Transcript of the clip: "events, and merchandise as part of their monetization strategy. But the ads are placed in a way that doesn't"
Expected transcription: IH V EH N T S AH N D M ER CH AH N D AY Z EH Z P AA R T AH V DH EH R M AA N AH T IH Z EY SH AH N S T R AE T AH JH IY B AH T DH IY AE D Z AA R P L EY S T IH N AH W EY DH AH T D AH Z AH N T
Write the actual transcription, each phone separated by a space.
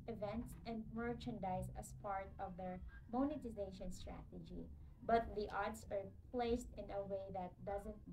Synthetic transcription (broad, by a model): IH V EH N T S AH N D M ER CH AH N D AY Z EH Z P AA R T AH V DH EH R M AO N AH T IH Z EY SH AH N S T R AE T AH JH IY B AH T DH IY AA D S AA R P L EY S T IH N AH W EY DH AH T D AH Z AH N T